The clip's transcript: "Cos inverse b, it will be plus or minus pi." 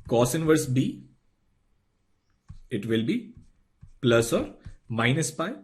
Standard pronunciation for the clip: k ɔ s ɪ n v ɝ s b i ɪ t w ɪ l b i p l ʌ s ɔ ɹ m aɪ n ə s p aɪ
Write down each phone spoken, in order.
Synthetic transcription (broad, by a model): k ɔ s ɪ n v ɝ s b i ɪ t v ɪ l b i p l ʌ s ɔ ɹ m aɪ n ə s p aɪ